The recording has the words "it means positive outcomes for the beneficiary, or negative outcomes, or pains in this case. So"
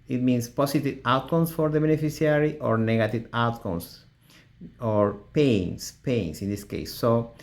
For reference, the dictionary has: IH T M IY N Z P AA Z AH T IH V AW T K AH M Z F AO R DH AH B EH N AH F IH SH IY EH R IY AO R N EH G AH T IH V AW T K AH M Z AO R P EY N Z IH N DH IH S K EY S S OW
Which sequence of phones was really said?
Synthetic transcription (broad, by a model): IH T M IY N S P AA S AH T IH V AW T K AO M S F AO R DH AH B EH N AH F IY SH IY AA R IY AO R N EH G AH T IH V AW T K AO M S AO R P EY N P IH N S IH S K EY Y S OW